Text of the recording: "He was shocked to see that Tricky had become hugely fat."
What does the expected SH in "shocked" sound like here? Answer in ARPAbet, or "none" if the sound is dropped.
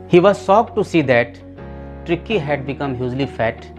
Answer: S